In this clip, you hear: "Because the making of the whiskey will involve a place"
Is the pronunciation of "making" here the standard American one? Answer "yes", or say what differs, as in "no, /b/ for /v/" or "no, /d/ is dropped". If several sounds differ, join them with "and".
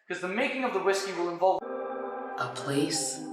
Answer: yes